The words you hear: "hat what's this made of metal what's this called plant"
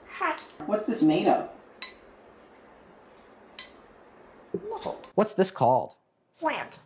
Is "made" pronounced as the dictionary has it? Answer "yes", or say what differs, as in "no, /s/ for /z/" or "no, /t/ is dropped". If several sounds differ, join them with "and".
yes